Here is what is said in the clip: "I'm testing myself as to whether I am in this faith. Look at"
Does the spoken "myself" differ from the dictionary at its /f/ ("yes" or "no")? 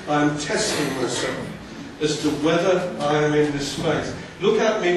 yes